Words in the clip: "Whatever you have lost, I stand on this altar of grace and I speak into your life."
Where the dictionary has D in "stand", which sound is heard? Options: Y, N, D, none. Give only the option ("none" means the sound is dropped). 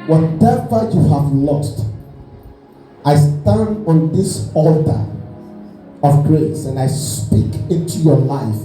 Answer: D